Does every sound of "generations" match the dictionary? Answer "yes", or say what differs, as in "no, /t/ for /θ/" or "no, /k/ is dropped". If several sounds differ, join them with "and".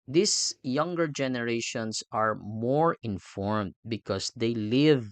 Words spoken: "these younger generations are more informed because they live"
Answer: no, /s/ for /z/